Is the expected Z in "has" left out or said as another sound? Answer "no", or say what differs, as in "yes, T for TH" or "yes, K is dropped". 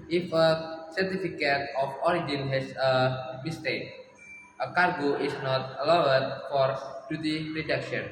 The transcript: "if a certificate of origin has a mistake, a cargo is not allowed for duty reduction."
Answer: yes, S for Z